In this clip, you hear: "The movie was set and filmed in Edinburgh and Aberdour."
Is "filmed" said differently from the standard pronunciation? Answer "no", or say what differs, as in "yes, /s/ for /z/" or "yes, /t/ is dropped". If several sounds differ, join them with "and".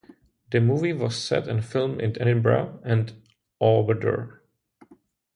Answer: yes, /d/ is dropped